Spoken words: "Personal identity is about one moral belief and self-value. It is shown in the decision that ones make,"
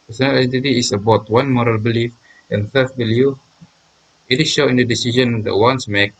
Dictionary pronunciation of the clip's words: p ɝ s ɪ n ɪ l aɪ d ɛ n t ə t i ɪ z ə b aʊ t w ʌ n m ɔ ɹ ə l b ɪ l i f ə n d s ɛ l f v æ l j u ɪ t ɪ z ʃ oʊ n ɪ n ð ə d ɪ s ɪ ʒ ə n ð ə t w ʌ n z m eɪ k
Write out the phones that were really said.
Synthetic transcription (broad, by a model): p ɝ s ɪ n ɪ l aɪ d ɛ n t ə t i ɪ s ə b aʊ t w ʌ n m ɔ ɹ ə l b ɪ l i f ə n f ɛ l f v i l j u ɪ t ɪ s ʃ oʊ ɪ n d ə d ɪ s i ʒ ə n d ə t w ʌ n s m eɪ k